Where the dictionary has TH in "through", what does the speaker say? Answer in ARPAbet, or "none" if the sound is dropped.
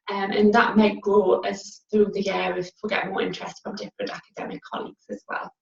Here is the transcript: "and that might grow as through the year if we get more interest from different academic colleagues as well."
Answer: TH